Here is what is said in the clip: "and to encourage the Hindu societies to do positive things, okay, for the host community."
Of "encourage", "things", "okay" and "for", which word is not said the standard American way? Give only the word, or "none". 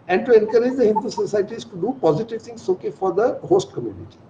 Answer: things